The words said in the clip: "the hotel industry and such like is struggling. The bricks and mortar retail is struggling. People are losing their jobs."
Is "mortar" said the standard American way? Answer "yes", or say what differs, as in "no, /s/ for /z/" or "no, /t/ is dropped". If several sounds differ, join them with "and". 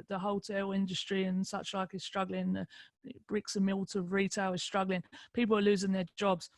no, /l/ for /ɹ/